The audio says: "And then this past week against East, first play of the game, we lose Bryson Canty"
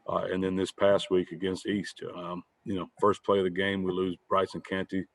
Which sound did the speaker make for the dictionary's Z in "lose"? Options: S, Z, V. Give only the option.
Z